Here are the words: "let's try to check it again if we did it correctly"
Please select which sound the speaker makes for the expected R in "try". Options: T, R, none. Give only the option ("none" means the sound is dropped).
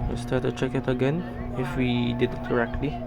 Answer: none